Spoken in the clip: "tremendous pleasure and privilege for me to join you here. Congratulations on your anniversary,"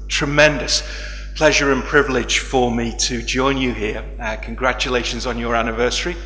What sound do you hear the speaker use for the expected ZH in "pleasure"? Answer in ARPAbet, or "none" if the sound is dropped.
ZH